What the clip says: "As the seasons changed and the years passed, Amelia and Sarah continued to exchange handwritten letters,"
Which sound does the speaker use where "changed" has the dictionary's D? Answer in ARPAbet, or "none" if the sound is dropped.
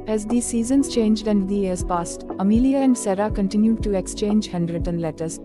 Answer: D